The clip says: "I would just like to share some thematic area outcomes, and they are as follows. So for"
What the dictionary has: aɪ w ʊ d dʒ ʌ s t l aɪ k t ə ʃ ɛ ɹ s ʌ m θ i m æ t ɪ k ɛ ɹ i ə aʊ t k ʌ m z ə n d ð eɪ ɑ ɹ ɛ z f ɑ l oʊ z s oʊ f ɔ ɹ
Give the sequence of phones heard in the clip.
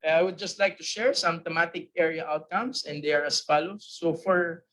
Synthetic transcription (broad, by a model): aɪ w ʊ d dʒ ʌ s t l aɪ k t ə ʃ ɛ ɹ s ʌ m t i m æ t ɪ k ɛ ɹ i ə aʊ t k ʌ m s ə n d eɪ ɑ ɹ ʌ s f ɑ l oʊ s oʊ f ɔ ɹ